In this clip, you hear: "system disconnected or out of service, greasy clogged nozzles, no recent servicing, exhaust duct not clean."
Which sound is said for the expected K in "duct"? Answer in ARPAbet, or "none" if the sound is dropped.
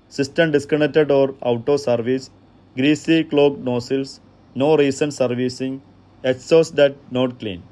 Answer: none